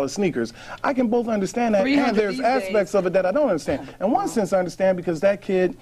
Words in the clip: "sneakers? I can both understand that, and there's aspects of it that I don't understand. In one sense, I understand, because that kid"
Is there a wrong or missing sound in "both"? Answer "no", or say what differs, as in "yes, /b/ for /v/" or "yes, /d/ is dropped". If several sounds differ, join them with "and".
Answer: no